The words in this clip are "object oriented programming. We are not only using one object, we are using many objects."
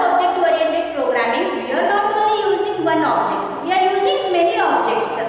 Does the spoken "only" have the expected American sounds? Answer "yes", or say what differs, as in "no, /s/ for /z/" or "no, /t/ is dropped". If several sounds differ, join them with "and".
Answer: no, /n/ is dropped